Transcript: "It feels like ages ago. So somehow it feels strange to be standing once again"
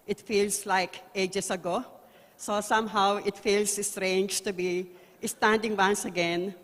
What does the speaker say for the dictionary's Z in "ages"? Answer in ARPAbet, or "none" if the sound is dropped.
S